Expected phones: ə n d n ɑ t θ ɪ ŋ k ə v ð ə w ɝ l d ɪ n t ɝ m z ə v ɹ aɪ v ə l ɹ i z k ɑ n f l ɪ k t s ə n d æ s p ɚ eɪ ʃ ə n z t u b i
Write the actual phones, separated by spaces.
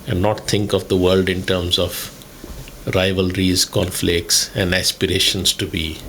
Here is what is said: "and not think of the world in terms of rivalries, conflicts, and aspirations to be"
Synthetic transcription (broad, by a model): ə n d n ɑ t t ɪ ŋ k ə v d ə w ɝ l d ɪ n t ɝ m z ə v ɹ aɪ v ə l ɹ i z k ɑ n f l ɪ k t s ə n d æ s p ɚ eɪ ʃ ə n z t u b i